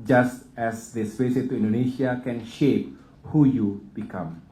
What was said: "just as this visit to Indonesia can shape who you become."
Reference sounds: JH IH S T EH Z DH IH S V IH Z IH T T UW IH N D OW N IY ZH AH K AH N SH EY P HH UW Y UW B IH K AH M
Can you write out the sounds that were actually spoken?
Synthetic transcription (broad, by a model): JH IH S T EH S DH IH S P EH S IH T T UW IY N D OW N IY SH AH K AH N SH EY P HH UW Y UW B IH K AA M